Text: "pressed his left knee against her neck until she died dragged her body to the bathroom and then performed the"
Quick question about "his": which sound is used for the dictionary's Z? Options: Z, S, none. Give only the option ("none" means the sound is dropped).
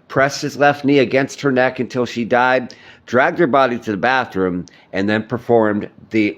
Z